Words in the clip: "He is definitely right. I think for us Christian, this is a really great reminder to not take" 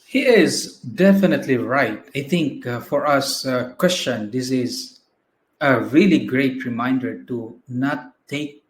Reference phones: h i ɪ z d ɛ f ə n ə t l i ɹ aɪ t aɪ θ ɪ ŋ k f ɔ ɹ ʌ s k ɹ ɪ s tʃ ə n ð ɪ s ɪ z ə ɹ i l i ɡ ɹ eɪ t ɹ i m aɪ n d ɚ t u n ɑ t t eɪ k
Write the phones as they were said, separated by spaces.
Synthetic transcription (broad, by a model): h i ɪ z d ɛ f ə n ə t l i ɹ aɪ t aɪ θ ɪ ŋ k f ɔ ɹ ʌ s k w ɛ s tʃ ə n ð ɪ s ɪ z ə ɹ i l i ɡ ɹ eɪ t ɹ i m aɪ n d ɚ t u n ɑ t t eɪ k